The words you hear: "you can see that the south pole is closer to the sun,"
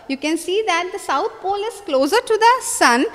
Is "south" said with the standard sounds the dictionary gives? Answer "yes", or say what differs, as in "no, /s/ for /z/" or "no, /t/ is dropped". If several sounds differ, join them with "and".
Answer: no, /t/ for /θ/